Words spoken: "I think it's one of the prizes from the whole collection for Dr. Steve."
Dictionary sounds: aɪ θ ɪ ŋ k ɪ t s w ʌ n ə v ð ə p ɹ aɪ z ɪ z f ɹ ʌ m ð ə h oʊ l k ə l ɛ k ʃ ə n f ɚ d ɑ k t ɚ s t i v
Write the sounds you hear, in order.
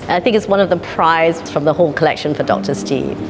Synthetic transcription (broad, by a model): aɪ θ ɪ ŋ k ɪ t s w ʌ n ə v ð ə p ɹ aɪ ɪ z f ɹ ʌ m ð ə h oʊ l k ə l ɛ k ʃ ə n f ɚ d ɑ k t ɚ s t i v